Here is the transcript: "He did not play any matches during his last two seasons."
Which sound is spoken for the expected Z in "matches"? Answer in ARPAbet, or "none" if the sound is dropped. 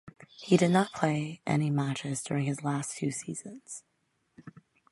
Z